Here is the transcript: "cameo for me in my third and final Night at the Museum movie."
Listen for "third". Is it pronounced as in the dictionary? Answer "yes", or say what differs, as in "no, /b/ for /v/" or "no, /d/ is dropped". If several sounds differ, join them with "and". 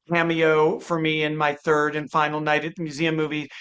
yes